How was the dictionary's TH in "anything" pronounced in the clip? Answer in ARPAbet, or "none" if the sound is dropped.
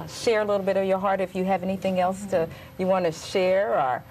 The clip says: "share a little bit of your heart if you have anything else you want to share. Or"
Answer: TH